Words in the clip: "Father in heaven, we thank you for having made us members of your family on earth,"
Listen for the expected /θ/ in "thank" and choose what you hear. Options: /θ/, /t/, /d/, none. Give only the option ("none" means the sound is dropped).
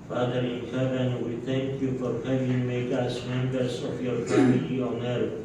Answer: /t/